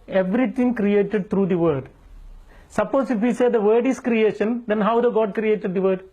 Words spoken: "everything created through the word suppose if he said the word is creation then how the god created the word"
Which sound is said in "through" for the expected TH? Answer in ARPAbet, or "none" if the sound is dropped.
T